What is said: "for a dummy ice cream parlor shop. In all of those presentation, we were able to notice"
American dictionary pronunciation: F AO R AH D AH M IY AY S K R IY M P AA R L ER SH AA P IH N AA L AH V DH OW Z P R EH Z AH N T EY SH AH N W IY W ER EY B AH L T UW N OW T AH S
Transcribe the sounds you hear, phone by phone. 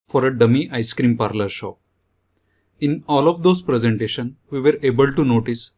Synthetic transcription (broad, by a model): F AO R AH D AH M IY AY S K R IY M P AA R L ER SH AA IH N AA L AH V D OW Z P R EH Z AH N T EY SH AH N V IY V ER EY B AH L T UW N OW T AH S